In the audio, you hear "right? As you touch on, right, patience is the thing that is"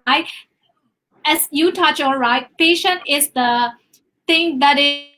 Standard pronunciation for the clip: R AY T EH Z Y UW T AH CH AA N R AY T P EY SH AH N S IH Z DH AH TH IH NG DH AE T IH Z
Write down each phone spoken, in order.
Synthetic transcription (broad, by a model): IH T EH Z Y UW T AH CH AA L R AY T P EY SH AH N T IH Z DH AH T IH NG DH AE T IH